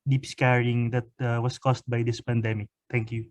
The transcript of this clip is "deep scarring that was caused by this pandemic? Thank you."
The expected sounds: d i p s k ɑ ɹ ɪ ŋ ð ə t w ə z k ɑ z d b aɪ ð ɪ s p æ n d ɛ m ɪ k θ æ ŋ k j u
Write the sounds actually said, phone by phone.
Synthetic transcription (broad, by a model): d i p s k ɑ ɹ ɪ ŋ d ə t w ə s k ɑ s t b aɪ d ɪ s p æ n d ɛ m ɪ k t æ ŋ k j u